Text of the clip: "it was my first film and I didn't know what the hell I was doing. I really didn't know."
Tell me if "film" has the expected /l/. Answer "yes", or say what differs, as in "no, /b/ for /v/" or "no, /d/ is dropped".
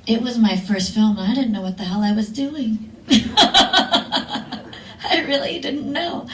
yes